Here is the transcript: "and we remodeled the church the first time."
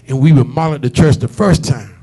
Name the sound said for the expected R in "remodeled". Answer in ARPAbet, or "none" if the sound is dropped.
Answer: W